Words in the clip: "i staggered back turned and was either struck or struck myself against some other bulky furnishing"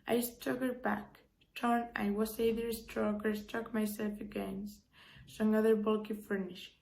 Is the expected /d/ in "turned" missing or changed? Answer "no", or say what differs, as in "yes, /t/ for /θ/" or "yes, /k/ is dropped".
yes, /d/ is dropped